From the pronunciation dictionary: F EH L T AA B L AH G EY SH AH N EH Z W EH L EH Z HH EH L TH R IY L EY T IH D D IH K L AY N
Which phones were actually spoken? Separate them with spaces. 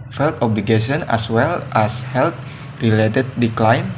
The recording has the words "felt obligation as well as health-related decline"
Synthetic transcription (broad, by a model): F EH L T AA B L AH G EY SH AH N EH S W EH L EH S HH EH L T R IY L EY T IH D D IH K L AY N